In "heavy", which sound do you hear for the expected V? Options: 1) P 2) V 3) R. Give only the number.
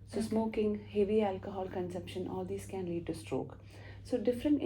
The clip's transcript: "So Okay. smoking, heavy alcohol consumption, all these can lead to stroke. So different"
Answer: 2